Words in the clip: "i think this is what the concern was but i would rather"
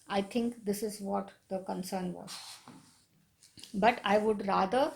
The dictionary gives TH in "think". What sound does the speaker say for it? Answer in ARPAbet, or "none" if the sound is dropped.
T